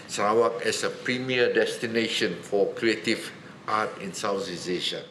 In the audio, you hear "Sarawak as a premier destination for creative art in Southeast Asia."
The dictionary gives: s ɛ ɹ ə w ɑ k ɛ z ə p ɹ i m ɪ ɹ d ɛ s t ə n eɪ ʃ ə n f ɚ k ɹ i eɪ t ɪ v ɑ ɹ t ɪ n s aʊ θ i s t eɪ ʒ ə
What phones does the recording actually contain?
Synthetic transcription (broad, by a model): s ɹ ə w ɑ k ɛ s ə p ɹ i m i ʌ d ɛ s t ə n eɪ ʃ ə n f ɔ k ɹ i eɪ t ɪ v ɑ t ɪ n s aʊ s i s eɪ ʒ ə